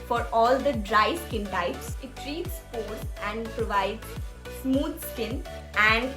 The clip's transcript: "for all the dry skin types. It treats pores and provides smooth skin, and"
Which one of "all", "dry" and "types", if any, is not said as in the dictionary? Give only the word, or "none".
none